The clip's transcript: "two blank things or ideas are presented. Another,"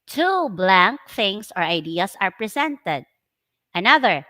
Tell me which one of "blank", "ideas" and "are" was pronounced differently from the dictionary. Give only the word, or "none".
ideas